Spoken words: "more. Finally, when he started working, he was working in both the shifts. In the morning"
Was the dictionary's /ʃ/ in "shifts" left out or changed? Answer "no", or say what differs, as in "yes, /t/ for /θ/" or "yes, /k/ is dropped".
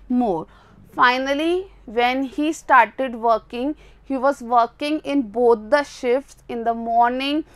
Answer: no